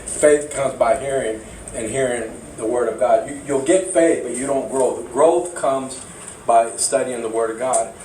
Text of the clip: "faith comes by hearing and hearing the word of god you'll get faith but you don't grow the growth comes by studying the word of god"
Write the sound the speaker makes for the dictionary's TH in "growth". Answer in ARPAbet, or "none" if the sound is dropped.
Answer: TH